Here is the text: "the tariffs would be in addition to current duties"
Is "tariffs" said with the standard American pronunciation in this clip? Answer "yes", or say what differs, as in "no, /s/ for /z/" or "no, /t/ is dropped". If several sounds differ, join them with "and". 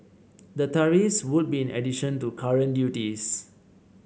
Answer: no, /f/ is dropped